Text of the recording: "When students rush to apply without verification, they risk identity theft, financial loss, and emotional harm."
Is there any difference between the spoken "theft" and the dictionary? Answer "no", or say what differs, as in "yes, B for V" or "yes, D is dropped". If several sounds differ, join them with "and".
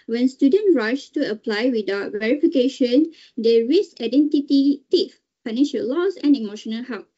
yes, T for TH